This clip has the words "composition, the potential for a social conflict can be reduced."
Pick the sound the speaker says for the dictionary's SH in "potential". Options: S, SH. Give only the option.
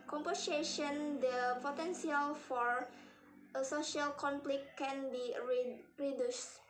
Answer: S